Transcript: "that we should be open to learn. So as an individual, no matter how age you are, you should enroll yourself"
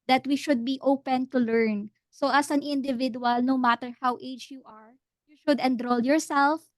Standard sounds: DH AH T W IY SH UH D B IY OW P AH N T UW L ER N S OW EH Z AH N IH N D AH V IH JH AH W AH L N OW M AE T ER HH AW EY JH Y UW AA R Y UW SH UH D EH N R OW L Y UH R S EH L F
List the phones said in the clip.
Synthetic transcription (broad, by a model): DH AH T W IY SH UH D B IY OW P AH N T UW L ER N S OW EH S AH N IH N D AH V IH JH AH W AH L N OW M AE T ER HH AW EY JH Y UW AA R Y UW SH UH D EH N R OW L Y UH R S EH L F